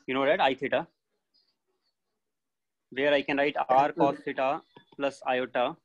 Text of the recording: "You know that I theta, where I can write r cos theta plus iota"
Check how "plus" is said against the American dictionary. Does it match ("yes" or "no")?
yes